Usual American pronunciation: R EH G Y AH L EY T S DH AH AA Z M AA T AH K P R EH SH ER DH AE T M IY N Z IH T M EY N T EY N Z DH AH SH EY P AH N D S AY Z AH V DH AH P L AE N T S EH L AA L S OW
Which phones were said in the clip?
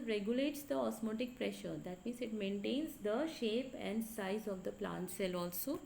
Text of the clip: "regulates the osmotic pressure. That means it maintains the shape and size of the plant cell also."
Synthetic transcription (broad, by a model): R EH G Y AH L EY T S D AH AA S M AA T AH K P R EH SH ER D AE T M IY N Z IH T M EY N T EY N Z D AH SH EY P AH N D S AY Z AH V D AH P L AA N T S EH L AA L S OW